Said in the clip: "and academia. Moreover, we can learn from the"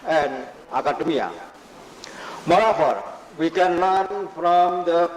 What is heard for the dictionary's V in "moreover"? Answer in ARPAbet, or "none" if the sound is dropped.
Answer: F